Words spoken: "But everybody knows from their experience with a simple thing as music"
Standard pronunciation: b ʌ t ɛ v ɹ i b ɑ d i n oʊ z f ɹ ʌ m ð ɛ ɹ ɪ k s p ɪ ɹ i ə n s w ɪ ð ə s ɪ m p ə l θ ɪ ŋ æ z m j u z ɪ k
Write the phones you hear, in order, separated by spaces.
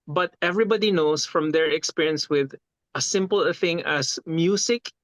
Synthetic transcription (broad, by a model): b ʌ t ɛ v ɹ i b ɑ d i n oʊ s f ɹ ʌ m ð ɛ ɹ ɪ k s p ɪ ɹ i ə n s w ɪ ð ə s ɪ m p ə l θ ɪ ŋ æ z m j u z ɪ k